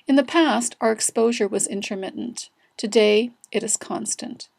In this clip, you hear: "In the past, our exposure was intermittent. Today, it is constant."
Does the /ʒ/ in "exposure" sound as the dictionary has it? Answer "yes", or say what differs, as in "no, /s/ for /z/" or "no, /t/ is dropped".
yes